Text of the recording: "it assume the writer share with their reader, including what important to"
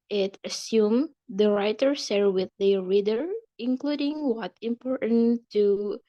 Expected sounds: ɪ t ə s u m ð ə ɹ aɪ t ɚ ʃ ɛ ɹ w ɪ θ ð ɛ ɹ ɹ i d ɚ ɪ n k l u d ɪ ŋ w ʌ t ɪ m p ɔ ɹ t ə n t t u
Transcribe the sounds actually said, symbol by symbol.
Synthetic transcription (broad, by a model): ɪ t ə s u m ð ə ɹ aɪ t ɚ s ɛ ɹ w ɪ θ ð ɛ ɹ ɹ i d ɚ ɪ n k l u d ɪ ŋ w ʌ t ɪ m p ɔ ɹ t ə n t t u